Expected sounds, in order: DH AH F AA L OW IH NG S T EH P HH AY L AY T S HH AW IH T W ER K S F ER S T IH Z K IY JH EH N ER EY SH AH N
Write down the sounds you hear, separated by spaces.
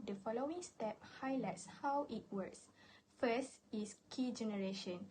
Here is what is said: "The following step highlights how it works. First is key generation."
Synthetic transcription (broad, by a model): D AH F AA L OW IH NG S T EH P HH AY L AY T S HH AW IH T W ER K S F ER S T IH S K IY JH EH N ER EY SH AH N